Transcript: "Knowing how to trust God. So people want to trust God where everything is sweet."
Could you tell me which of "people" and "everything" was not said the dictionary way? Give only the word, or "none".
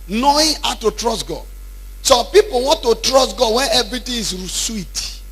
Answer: everything